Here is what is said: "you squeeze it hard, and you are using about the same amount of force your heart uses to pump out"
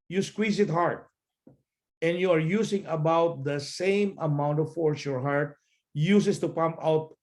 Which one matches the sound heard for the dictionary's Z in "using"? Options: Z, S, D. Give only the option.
S